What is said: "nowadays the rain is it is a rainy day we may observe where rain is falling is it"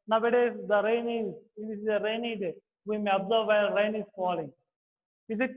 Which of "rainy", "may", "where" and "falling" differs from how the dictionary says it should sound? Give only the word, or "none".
where